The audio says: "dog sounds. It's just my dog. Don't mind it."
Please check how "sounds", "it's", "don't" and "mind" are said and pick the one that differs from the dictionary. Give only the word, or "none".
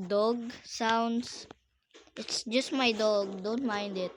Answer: sounds